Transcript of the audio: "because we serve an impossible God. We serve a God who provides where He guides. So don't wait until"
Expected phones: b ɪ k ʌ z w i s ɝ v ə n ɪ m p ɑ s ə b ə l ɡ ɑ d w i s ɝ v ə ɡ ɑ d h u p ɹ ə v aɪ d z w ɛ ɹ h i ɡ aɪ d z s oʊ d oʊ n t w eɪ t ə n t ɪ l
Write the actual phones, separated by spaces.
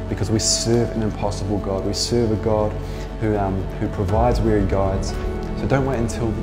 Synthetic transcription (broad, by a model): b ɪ k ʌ z w i s ɝ v ə n ɪ m p ɑ s ə b ə l ɡ ɑ d w i s ɝ v ə ɡ ɑ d h u p ɹ ə v aɪ d z w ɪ ɹ i ɡ aɪ d z s oʊ d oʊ n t w eɪ t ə n t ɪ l